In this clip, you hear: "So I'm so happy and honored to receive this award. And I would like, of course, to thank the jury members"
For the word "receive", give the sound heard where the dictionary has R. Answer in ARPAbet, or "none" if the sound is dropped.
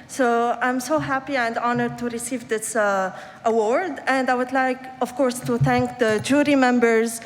R